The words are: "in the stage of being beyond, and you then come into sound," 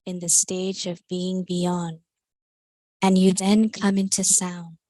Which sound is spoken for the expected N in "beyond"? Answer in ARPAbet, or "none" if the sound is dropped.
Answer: N